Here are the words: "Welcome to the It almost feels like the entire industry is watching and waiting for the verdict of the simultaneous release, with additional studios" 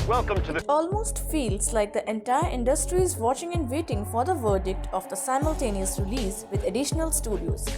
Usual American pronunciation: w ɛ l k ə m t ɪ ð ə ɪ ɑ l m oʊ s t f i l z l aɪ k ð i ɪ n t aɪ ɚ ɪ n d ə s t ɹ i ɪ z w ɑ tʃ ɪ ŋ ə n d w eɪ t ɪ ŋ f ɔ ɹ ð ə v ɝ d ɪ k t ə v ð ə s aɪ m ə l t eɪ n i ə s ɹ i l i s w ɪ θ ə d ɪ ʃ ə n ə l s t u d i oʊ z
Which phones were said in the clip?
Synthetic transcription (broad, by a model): w ɛ l k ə m t ɪ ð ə ɪ ɑ l m oʊ s t f i l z l aɪ k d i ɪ n t aɪ ɚ ɪ n d ə s t ɹ i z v ɑ tʃ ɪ ŋ ə n d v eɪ t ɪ ŋ f ɔ ɹ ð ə v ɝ d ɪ k t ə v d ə s aɪ m ə l t eɪ n i ə s ɹ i l i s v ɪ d ə d ɪ ʃ ə n ə l s t u d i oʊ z